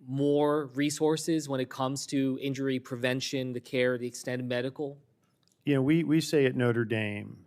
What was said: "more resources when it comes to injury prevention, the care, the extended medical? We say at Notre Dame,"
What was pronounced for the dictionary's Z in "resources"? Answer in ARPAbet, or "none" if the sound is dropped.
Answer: Z